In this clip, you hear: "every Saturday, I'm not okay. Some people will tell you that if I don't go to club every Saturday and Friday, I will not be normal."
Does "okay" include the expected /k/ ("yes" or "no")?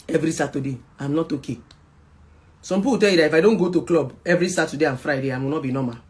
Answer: yes